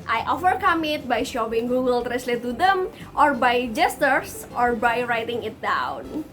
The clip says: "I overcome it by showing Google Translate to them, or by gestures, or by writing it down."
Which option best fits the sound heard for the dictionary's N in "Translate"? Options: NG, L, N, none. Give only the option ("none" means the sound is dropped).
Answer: none